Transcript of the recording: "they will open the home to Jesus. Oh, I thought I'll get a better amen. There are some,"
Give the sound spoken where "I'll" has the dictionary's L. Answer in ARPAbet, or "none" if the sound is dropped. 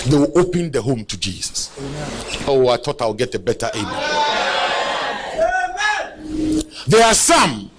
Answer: W